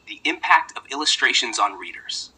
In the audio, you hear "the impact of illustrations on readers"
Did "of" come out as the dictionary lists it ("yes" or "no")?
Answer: yes